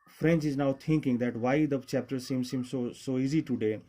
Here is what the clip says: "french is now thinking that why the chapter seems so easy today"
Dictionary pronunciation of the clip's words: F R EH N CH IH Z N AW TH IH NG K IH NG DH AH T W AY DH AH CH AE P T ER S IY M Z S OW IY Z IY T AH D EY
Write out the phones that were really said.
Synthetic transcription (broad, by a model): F R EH N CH IH Z N AW T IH NG K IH NG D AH T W AY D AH CH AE P T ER S IY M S S OW IY Z IY T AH D EY